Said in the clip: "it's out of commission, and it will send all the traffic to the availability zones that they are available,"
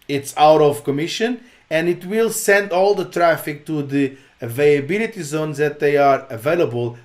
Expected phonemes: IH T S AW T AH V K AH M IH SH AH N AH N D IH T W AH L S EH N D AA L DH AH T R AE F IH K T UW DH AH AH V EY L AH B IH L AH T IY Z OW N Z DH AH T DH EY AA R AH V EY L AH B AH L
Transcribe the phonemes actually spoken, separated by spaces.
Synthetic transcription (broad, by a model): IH T S AW T AH V K AH M IH SH AH N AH N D IH T W AH L S EH N D AA L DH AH T R AE F IH K T UW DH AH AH V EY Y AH B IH L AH T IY Z OW N Z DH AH T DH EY AA R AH V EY L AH B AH L